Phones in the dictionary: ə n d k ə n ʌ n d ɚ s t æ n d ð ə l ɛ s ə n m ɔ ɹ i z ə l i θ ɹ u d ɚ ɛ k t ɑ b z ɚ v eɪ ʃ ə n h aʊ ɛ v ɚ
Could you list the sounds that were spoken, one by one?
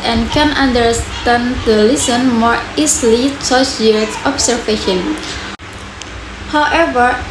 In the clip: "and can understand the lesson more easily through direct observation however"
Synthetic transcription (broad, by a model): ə n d k ə n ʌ n d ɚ s t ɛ n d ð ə l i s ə n m ɔ ɹ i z l i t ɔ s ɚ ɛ t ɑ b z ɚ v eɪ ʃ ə n h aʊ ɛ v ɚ